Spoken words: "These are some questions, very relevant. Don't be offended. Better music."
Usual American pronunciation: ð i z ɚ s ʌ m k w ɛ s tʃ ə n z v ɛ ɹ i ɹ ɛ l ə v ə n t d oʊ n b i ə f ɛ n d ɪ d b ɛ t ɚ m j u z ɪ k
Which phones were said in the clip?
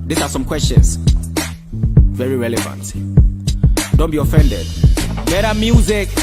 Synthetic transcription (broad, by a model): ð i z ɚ s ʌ m k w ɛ s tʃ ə n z v ɛ ɹ i ɹ ɛ l ə v ə n t d oʊ n b i ə f ɛ n d ɪ d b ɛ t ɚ m j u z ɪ k